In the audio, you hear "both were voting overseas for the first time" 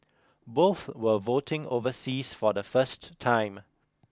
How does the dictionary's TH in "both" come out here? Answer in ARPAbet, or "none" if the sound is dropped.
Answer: TH